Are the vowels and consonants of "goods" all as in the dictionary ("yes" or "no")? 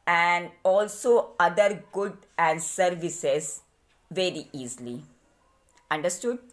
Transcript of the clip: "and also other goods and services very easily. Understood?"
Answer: no